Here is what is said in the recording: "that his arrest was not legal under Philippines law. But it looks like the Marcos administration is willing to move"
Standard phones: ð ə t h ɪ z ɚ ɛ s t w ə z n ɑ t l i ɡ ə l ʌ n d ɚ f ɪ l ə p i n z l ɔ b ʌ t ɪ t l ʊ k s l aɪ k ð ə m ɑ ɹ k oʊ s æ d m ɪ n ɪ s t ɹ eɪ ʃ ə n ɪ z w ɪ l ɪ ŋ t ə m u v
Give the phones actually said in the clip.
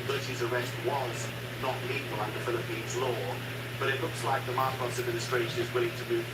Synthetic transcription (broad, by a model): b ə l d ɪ z ɚ ɛ s t w ə z n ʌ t l i ɡ ə l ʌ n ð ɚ f ɪ l ə p i n z l ɔ b ʌ t ɪ t l ʊ k s l aɪ k ð ə m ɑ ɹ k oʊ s æ d m ɪ n ɪ s t ɹ eɪ ʃ ə n ɪ z w ɪ l ɪ ŋ t ə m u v